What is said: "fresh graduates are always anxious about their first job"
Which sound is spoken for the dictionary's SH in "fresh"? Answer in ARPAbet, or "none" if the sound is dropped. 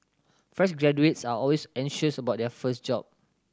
S